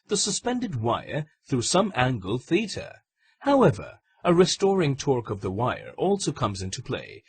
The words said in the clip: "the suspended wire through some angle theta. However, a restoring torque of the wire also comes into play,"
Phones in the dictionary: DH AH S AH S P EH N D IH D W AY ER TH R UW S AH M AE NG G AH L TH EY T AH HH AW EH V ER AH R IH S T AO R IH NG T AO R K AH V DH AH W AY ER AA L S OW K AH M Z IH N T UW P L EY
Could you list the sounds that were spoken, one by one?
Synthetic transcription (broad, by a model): DH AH S AH S P EH N D IH D W AY ER TH R UW S AH M AE NG G L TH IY T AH HH AW EH V ER AH R IH S T AO R IH NG T AO R K AH V DH AH W AY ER AA L S OW K AH M Z IH N T UW P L EY